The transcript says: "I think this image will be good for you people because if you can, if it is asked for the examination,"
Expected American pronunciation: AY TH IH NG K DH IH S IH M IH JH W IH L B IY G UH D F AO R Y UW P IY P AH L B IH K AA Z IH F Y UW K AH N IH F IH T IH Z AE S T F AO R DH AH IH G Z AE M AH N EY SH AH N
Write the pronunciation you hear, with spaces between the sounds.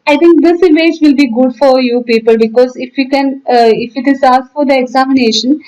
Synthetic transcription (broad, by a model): AY T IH NG K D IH S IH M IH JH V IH L B IY G UH D F AO R Y UW P IY P AH L B IH K AA Z IH F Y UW K AH N IH F IH T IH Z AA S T F AO R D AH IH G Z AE M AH N EY SH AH N